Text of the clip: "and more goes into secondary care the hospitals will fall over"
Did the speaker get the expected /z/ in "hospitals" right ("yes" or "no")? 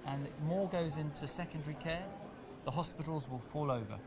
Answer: yes